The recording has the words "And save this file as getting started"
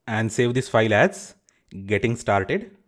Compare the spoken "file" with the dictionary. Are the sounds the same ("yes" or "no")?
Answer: yes